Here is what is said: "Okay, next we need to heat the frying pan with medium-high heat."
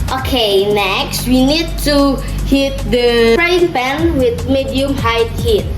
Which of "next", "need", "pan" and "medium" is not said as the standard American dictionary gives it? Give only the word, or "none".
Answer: pan